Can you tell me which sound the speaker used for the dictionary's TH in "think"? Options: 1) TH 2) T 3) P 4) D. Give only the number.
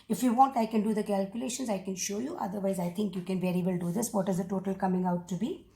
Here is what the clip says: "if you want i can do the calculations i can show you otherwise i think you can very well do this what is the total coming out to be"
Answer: 2